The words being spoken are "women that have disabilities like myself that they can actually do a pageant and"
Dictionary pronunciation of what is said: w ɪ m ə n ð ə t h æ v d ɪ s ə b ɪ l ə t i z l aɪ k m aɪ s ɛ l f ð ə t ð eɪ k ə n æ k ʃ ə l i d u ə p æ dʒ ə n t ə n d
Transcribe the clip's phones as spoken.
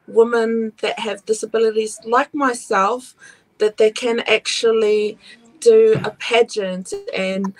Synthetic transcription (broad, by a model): w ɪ m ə n ð ə t h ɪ v d ɪ s ə b ɪ l ə t i z l aɪ k m aɪ s ɛ l f ð ə t ð eɪ k ə n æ k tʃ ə l i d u ə p æ dʒ ə n t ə n